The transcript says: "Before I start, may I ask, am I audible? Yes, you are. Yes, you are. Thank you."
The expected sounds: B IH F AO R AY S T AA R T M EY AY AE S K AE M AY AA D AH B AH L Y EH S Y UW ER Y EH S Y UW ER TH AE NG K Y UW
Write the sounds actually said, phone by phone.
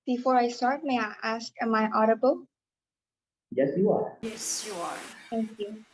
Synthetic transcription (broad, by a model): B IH F AO R AY S T AA R T M EY AY AE S K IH M AY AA D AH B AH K Y EH S Y UW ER Y EH S Y UW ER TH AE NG K Y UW